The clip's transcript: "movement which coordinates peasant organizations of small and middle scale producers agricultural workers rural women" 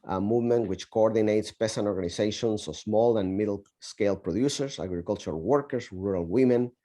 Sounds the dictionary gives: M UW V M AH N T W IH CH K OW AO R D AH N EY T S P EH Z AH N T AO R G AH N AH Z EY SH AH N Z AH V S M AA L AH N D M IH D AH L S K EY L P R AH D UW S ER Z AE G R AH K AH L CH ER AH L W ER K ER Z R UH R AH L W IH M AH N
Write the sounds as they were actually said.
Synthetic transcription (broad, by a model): M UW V M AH N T W IH CH K OW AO R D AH N EY T S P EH S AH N AO R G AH N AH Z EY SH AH N S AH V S M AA L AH N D M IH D L S K EY L P R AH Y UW S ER S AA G R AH K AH L CH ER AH L W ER K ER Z R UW R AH L W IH M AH N